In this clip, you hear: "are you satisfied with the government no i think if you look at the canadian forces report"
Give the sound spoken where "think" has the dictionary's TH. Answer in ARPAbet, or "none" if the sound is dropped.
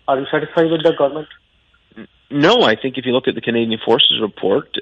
TH